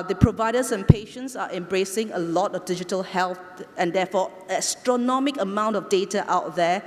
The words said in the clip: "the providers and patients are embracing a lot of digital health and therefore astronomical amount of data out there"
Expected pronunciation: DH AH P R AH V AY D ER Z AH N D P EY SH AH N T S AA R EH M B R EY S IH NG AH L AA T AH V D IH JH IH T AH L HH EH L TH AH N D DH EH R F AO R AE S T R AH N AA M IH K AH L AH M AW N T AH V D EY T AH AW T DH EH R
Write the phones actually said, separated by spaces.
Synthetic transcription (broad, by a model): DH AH P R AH V AY D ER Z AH N P EY SH AH N T S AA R EH M B R EY S IH NG AH L AA T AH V D IH JH IH T AH L HH EH L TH AH N D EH F AO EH S T R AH N AA M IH K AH AH M AW N T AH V D EY T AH AW T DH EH